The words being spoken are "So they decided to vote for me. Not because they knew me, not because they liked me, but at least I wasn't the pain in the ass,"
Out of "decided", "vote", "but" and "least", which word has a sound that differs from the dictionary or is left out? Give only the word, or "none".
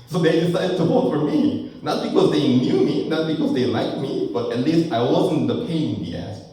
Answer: vote